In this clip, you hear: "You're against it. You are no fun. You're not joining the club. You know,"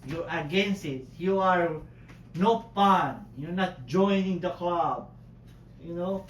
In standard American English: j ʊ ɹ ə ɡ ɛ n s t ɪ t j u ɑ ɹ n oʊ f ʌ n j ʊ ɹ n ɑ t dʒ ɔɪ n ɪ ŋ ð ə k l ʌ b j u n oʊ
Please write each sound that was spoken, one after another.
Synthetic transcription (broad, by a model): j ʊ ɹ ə ɡ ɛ n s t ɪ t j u ɑ ɹ n oʊ p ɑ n j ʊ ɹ n ɑ t dʒ ɔɪ n ɪ ŋ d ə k l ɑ b j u n oʊ